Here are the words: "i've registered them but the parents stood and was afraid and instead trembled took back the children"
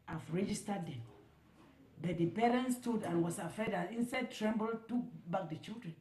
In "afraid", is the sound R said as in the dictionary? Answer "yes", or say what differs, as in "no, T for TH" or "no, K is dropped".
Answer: no, R is dropped